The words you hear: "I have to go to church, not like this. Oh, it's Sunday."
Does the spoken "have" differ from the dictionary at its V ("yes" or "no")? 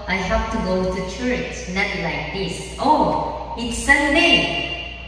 yes